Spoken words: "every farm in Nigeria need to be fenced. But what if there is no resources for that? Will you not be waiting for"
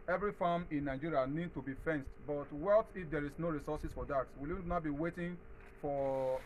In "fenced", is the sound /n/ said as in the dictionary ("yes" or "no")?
yes